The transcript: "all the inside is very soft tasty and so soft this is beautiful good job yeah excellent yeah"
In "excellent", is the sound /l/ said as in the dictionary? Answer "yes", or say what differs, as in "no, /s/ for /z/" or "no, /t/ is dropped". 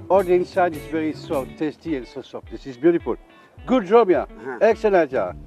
no, /n/ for /l/